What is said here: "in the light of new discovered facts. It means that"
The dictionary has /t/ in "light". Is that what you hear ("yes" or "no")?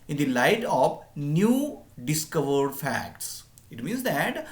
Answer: yes